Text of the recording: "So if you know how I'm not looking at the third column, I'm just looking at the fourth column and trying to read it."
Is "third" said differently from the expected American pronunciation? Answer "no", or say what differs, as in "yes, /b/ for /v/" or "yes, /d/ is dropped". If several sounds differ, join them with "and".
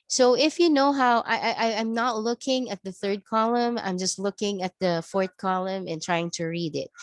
no